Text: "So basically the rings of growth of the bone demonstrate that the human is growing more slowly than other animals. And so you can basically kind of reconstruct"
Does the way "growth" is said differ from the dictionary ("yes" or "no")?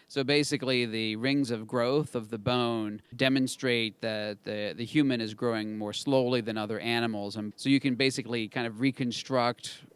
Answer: no